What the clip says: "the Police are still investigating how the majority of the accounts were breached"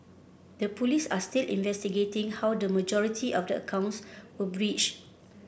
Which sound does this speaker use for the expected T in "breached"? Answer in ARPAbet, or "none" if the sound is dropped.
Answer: none